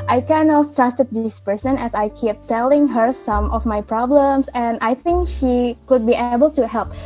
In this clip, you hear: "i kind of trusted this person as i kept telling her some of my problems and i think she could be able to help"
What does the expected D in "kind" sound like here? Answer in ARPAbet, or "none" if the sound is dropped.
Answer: none